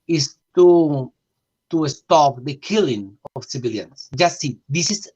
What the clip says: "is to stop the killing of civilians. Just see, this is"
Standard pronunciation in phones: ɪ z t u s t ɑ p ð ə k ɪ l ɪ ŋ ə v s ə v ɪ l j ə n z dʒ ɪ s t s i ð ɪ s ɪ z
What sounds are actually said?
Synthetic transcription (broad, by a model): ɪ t t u s t ɑ p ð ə k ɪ l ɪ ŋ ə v s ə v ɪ l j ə n s dʒ ɪ s t s i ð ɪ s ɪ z